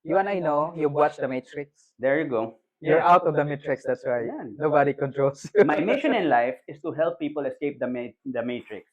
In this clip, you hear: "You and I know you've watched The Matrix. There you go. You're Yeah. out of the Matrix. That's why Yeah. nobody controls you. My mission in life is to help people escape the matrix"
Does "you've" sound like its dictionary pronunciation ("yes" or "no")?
no